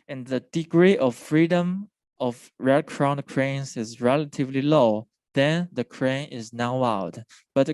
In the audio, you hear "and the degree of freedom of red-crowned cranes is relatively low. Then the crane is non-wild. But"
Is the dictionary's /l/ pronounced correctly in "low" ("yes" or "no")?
yes